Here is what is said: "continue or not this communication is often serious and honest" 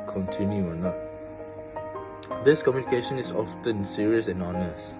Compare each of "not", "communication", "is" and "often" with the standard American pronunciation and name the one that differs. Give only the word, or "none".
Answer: is